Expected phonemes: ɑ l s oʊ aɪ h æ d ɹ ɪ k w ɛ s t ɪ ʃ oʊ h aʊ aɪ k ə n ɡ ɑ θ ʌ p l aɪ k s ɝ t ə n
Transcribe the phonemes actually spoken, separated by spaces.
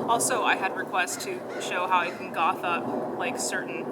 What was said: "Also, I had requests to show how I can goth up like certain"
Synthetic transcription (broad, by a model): ɑ l s oʊ aɪ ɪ d ɹ ɪ k w ɛ s t ɪ ʃ oʊ h aʊ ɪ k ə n ɡ ɑ θ ʌ p l aɪ k s ɝ t n